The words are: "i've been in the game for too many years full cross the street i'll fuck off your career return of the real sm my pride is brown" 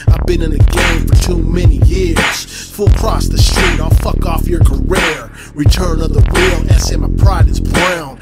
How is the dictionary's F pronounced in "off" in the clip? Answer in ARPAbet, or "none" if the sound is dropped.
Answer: F